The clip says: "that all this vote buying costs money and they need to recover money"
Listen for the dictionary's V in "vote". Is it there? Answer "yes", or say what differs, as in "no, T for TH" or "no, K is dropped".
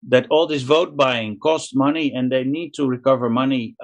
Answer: yes